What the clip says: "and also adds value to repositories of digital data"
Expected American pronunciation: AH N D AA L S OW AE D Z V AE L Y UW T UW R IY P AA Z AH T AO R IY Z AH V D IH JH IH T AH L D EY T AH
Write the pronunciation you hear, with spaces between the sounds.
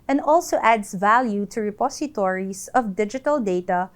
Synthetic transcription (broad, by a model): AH N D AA L S OW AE D S V AE L Y UW T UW R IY P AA S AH T AO R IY S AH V D IH JH IH T AH L D EY T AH